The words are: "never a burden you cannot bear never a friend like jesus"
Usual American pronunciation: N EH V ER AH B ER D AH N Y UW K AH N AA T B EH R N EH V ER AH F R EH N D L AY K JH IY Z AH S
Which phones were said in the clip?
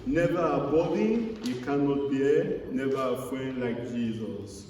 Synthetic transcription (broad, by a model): N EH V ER AH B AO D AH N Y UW K AH N AA T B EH N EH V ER AH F EH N L AY K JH IY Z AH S